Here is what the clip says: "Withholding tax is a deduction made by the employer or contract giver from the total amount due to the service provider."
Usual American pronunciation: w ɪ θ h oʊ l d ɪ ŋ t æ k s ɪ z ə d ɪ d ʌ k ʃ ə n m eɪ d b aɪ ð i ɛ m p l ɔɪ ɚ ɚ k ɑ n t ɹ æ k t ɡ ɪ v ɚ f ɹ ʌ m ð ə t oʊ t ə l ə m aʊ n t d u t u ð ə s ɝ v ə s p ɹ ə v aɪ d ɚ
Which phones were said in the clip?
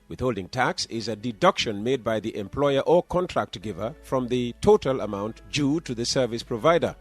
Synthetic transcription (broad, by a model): w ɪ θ h oʊ l d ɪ ŋ t æ k s ɪ z ə d ɪ d ʌ k ʃ ə n m eɪ d b aɪ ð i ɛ m p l ɔɪ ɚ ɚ k ɑ n t ɹ æ k t ɡ ɪ v ɚ f ɹ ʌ m ð ə t oʊ t ə l ə m aʊ n t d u t u ð ə s ɝ v ə s p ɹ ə v aɪ d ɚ